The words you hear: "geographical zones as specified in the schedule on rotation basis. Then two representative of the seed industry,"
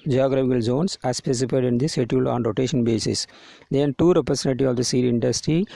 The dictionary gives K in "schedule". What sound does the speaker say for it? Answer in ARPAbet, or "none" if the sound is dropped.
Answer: none